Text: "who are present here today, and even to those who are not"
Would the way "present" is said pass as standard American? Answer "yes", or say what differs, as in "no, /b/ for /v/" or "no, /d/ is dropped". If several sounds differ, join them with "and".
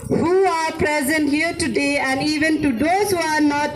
yes